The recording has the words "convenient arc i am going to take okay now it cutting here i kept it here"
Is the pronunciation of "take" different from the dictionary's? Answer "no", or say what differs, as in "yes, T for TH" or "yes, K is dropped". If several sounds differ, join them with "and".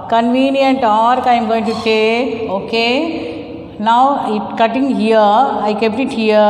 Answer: yes, K is dropped